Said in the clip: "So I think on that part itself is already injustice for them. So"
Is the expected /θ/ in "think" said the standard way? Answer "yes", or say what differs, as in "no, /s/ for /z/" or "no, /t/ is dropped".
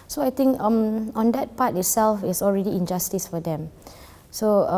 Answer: no, /t/ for /θ/